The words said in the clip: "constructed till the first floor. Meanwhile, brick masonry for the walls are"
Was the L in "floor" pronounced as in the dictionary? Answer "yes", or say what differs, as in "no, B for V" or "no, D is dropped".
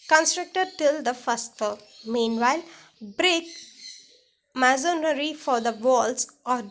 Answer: no, L is dropped